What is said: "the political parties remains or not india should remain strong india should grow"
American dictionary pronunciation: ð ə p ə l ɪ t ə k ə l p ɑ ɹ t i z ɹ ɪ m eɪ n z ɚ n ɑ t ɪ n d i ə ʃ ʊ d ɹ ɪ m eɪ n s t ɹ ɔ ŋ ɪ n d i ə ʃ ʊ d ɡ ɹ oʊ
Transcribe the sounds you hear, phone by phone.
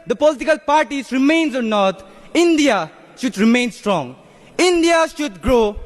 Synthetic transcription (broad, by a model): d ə p ə l ɪ t ə k ə l p ɑ ɹ t i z ɹ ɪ m eɪ n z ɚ n ɑ t ɪ n d i ə ʃ ʊ d ɹ ɪ m eɪ n s t ɹ ɔ ŋ ɪ n d i ə ʃ ʊ d ɡ ɹ oʊ